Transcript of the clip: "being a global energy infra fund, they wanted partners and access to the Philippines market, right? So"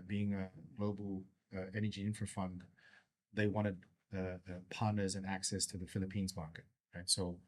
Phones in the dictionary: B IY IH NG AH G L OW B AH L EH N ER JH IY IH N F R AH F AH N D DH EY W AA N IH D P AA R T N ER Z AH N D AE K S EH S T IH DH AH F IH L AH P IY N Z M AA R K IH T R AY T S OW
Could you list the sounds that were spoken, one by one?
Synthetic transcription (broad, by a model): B IY IH NG AH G L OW B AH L EH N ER JH IY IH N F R F AH N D DH EY W AA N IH D P AA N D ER Z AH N AE K S EH S T IH DH AH F IH L AH P IY N Z M AA R K IH T R AY T S OW